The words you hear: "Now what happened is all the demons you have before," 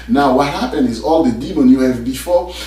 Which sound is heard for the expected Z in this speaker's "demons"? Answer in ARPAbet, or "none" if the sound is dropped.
none